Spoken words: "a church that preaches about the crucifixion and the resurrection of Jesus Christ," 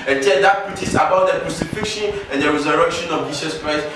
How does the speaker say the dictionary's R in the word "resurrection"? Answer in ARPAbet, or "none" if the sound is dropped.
W